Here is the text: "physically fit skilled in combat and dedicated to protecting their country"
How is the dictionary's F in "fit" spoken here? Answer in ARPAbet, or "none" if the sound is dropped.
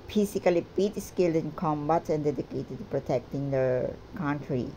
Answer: P